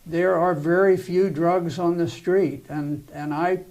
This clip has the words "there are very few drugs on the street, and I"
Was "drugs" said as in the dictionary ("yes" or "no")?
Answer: yes